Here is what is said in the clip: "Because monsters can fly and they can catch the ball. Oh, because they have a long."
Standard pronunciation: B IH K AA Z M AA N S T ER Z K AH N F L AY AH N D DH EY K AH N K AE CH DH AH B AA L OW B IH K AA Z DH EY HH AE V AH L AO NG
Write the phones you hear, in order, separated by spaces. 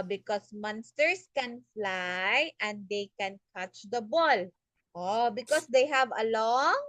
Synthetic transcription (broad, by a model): B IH K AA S M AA N S T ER S K AH N F L AY AH N D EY K AH N K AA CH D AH B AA L OW B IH K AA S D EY HH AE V AH L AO NG